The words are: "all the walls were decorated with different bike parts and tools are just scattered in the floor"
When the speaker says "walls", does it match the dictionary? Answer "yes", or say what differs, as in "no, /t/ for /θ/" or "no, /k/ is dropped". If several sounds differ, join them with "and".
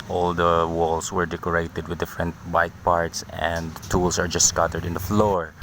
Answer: no, /s/ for /z/